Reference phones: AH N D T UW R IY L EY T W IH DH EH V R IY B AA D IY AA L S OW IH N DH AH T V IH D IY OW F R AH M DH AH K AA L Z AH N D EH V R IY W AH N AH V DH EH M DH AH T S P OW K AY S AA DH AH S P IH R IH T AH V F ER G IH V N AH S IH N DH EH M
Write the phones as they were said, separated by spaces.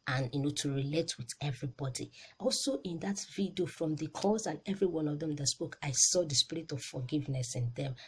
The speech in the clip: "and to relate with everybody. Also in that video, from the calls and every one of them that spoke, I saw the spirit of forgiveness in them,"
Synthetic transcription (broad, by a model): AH N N T UW R IY L EY T W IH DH EH V R IY B AA D IY AA L S OW IH N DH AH T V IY D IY OW F R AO M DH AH K AA Z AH N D EH V R IY W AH N AH V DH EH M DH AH T S P OW K AY S AA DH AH S P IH R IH T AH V F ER G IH V N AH S IH N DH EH M